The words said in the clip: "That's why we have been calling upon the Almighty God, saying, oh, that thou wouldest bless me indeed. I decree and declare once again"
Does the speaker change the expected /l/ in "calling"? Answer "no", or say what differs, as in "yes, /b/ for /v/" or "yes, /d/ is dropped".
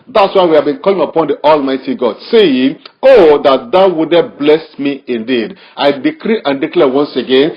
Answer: no